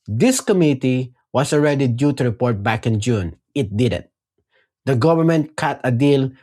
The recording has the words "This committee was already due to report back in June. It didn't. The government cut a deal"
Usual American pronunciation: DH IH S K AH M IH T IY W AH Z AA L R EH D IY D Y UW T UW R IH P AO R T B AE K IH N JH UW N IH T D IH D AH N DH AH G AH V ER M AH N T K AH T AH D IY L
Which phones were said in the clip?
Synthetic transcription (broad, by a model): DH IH S K AH M IH T IY W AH S AA L R EH D IY D Y UW T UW R IH P AO R T B AE K IH N JH UW N IH T D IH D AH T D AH G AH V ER M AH N T K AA T AH D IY L